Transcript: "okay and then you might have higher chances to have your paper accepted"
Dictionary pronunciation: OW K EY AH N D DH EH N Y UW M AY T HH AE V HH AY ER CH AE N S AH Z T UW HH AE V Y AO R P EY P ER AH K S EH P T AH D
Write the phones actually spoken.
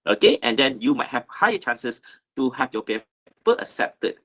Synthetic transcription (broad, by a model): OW K EY AH N D EH N Y UW M AY T HH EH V HH AY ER CH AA N S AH S T UW HH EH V Y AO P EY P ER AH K S EH P T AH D